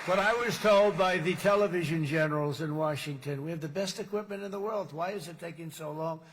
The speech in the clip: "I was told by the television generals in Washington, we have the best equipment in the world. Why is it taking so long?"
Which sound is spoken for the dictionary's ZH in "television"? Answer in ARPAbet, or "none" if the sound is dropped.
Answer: ZH